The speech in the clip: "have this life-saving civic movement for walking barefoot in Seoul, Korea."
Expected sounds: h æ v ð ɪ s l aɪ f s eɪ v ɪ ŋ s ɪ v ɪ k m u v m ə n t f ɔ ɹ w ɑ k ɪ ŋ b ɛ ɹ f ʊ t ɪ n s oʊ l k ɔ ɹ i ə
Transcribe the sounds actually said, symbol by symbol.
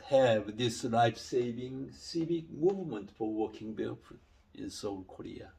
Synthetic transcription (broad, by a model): h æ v ð ɪ s l aɪ f s eɪ v ɪ ŋ s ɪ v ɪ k m u v m ə n t f ɔ ɹ w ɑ k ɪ ŋ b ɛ l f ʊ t ɪ n s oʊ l k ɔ ɹ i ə